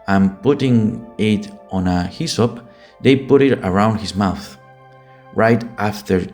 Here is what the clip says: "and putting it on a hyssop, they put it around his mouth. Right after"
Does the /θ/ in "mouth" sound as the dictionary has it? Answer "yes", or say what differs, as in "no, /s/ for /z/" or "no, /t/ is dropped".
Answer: yes